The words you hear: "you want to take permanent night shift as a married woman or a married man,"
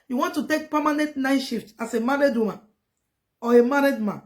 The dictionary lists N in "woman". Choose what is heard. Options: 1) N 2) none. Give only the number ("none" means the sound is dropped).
2